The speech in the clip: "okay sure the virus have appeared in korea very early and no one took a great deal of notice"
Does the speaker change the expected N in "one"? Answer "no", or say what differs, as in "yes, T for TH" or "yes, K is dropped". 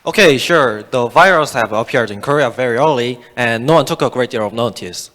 no